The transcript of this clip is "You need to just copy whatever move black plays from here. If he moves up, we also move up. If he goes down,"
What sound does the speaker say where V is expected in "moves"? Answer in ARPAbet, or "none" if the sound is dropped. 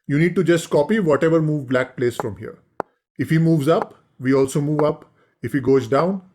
V